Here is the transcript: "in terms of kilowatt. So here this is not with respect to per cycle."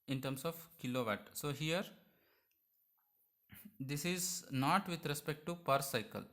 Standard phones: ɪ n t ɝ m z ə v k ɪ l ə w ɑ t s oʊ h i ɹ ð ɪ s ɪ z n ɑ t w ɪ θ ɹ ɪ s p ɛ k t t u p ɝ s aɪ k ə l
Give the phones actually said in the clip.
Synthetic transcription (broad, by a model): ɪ n t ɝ m s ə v k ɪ l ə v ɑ t s oʊ h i ɹ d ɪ s ɪ z n ɑ t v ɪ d ɹ ɪ s p ɛ k t t u p ɝ s aɪ k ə l